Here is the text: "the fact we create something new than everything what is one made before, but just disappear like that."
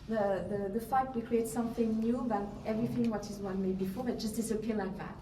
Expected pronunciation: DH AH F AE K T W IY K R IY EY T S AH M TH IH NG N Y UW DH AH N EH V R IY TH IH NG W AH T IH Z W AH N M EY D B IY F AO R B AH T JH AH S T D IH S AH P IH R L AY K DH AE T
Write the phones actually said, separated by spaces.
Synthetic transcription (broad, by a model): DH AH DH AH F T W IY K R IY EY T S AH M TH IH NG N Y UW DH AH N EH V R IY TH IH NG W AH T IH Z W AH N M EY D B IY F AO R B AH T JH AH S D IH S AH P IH L AY K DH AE T